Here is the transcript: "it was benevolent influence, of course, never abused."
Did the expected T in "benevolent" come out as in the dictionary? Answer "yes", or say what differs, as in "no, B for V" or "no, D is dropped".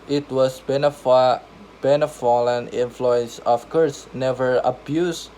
no, T is dropped